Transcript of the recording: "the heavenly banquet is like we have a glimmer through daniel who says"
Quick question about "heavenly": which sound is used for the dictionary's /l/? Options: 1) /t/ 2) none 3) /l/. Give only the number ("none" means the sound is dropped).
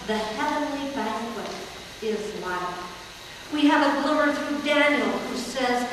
3